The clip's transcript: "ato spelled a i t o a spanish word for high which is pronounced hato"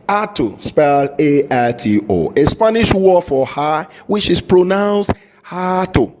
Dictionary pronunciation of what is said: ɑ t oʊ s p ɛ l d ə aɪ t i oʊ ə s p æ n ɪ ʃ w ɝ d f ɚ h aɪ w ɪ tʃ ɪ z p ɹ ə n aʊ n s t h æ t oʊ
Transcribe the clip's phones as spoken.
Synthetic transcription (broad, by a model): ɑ t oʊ s p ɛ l ə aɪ t i oʊ ə s p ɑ n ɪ ʃ w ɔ f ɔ h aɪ w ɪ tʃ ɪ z p ɹ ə n aʊ n s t h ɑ t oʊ